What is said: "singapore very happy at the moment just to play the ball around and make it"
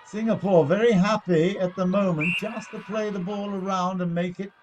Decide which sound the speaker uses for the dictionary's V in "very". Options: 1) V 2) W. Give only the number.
1